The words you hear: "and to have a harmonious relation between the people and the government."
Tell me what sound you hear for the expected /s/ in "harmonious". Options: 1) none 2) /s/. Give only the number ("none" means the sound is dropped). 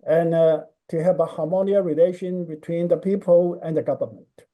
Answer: 1